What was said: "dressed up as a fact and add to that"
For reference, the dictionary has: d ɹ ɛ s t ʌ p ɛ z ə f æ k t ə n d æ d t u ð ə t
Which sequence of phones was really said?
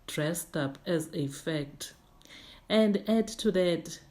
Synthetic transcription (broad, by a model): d ɹ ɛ s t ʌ p ɛ z ə f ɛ k t ə n d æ d t u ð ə t